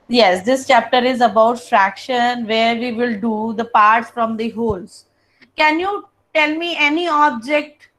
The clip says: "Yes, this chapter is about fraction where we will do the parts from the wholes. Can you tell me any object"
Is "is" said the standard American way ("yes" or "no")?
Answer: yes